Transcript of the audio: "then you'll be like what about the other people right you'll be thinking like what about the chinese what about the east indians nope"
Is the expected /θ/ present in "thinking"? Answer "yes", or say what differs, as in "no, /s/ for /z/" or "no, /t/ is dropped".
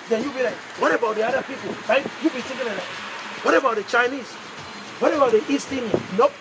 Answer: no, /t/ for /θ/